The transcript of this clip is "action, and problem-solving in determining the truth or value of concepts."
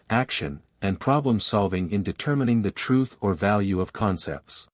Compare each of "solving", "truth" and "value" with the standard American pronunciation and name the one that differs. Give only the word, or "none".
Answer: none